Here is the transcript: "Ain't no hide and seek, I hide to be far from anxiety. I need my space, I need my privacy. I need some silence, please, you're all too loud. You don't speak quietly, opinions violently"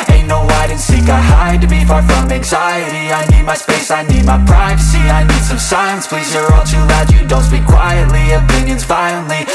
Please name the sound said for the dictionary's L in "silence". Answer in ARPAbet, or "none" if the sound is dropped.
none